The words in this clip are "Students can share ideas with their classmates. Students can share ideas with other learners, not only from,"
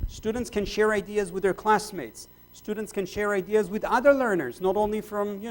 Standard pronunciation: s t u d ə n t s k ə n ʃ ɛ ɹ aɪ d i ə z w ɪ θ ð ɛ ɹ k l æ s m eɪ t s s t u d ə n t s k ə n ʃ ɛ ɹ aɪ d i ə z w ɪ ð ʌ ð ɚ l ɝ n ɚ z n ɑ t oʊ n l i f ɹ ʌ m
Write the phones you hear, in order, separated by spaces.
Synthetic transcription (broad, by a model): s t u d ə n t s k ə n ʃ ɛ ɹ aɪ d i ə z w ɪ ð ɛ ɹ k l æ s m eɪ t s s t u d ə n t s k ə n ʃ ɛ ɹ aɪ d i ə z w ɪ ð ʌ ð ɚ l ɝ n ɚ z n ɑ t oʊ n l i f ɹ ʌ m